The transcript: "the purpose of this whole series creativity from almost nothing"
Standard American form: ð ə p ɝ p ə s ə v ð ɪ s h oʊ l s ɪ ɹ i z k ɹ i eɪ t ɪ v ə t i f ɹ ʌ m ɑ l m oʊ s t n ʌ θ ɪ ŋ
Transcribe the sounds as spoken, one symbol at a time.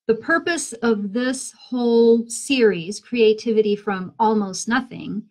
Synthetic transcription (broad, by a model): ð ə p ɝ p ə s ə v ð ɪ s h oʊ l s ɪ ɹ i z k ɹ i eɪ t ɪ v ə t i f ɹ ʌ m ɑ l m oʊ s t n ʌ θ ɪ ŋ